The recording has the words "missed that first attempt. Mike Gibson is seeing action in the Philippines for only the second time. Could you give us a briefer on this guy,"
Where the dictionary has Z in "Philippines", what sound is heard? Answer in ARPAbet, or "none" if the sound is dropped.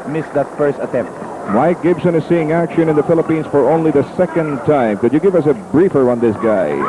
S